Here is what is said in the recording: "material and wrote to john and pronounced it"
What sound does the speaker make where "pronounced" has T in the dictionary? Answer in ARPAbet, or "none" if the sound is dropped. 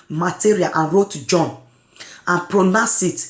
none